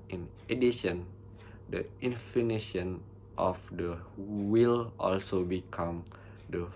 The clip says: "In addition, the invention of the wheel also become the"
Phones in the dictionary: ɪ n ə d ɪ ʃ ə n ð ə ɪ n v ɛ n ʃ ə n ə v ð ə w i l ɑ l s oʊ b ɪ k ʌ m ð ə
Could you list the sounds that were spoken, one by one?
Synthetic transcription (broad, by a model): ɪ n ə d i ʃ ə n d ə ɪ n f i n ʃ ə n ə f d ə w i l ɑ l s oʊ b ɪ k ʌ m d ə